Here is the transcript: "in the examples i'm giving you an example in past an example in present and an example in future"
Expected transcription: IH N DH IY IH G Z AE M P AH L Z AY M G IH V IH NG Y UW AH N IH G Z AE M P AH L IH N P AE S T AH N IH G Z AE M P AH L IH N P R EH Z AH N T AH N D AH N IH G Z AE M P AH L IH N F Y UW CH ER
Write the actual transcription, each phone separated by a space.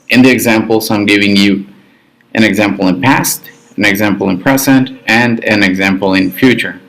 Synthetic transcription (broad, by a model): IH N DH IY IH G Z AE M P L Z AY M G IH V IH NG Y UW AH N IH G Z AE M P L IH N P AE S T AH N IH G Z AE M P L IH N P R EH Z AH N T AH N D AH N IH G Z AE M P L IH N F Y UW CH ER